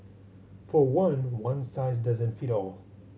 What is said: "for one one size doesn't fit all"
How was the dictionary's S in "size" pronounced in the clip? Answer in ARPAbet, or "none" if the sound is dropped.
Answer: S